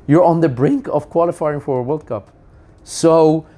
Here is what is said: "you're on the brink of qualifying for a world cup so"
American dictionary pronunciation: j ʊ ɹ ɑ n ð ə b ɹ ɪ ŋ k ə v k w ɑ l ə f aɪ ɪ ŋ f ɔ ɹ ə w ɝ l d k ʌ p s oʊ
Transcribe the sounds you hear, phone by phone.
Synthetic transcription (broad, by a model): j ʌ ɹ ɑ n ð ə b ɹ ɪ ŋ k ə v k w ɑ l ə f aɪ ɪ ŋ f ɔ ɹ ə w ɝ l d k ʌ p s oʊ